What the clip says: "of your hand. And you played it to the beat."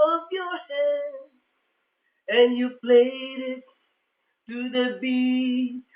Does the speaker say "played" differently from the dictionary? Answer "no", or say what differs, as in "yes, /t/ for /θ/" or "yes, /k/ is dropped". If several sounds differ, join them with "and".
no